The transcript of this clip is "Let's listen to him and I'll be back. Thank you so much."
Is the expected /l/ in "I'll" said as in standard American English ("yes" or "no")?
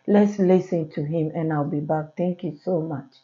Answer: yes